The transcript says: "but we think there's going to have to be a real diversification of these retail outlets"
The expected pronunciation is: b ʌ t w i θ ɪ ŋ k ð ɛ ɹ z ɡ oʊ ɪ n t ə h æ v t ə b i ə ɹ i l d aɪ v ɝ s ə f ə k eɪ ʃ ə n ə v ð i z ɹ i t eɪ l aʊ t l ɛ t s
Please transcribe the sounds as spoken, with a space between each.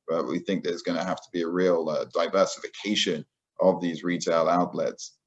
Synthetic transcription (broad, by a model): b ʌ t w i θ ɪ ŋ k ð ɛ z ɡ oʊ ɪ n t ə h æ f t ə b i ə ɹ i l d aɪ v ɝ s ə f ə k eɪ ʃ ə n ə v ð i z ɹ i t eɪ l aʊ t l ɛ t s